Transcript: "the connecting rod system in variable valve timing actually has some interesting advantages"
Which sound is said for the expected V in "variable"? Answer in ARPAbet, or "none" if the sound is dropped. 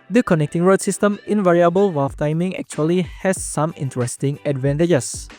V